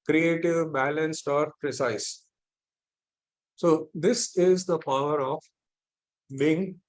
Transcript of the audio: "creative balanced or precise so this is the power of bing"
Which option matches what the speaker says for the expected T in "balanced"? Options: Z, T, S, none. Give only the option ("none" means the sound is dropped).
T